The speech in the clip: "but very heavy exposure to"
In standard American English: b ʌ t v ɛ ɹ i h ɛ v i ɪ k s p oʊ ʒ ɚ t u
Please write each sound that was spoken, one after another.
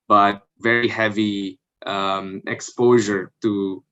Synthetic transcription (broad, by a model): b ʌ t v ɛ ɹ i h ɛ v i ɪ k s p oʊ ʒ ɚ t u